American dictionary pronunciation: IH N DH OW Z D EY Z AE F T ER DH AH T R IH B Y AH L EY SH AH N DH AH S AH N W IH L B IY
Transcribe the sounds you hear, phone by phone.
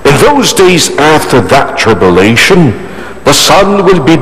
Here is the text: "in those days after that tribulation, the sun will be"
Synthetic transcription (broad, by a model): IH N DH OW Z D EY Z AE F T ER DH AH T R IH B Y AH L EY SH AH N DH AH S AH N W IH L B IY